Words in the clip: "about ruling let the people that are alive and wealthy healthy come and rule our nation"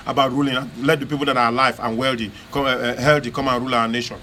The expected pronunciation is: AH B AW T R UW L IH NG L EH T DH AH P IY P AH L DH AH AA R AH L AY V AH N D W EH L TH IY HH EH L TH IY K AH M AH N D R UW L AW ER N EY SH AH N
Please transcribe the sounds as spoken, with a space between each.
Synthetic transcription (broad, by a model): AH B AW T R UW L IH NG L EH T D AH P IY P AH L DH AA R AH L AY F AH N W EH L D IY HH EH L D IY K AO M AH N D R UW L AW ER N EY SH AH N